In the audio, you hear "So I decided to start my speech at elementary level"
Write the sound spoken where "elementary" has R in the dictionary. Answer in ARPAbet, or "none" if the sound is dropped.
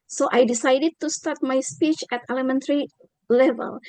R